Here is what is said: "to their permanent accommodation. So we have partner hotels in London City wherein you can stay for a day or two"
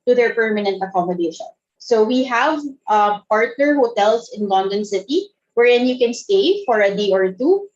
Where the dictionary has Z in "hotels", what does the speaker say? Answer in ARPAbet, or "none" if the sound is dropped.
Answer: S